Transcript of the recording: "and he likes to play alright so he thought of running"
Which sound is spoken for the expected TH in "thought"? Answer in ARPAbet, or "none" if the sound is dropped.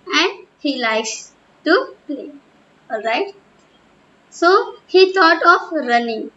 T